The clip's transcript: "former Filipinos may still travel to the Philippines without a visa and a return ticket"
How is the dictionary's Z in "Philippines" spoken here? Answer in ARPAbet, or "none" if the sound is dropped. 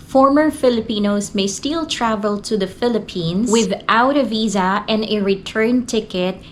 S